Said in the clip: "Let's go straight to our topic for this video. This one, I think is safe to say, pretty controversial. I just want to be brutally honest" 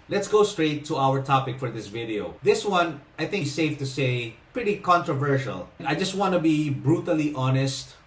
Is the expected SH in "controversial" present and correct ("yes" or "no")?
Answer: yes